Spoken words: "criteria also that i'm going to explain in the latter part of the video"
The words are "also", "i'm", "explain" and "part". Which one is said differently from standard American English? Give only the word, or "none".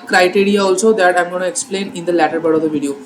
part